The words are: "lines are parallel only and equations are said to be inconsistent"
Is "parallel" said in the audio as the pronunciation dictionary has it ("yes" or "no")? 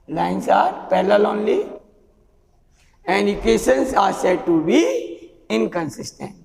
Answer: no